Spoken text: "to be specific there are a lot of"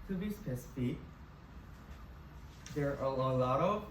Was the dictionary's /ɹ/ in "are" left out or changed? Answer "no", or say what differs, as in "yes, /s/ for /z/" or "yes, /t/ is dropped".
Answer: yes, /l/ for /ɹ/